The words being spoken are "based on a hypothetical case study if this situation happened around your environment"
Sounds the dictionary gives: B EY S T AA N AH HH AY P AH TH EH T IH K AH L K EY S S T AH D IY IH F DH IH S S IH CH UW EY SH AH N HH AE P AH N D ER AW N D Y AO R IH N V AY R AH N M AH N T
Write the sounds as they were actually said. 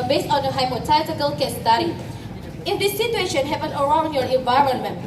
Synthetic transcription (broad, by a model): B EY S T AA N AH HH AY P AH T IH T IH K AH L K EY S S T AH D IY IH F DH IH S S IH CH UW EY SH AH N HH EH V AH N ER AW N D Y AO R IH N V AY R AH N M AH N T